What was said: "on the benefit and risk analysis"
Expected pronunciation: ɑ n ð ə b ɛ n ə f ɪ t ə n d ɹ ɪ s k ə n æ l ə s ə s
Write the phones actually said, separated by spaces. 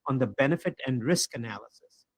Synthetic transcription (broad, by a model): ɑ n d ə b ɛ n ə f ɪ t ə n d ɹ ɪ s k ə n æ l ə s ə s